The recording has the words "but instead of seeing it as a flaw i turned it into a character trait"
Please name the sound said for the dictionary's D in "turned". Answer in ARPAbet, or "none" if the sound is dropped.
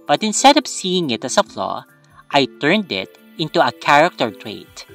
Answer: D